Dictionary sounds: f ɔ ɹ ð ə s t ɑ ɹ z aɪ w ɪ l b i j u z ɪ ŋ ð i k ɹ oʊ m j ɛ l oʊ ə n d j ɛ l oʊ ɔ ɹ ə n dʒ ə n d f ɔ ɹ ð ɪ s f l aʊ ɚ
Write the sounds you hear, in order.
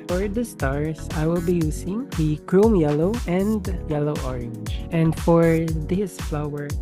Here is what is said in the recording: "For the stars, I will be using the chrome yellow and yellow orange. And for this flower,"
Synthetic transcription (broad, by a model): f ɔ ɹ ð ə s t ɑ ɹ s aɪ w ɪ l b i j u s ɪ ŋ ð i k ɹ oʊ m j ɛ l oʊ ə n d j ɛ l oʊ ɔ ɹ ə n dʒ ə n d f ɔ ɹ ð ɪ s f l aʊ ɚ